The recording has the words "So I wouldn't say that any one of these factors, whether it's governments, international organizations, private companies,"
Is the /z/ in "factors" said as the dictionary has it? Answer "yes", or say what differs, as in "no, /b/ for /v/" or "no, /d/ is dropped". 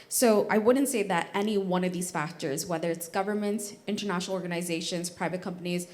yes